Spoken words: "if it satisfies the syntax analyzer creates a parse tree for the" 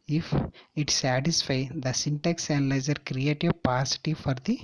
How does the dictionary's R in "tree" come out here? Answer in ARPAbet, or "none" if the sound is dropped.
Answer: none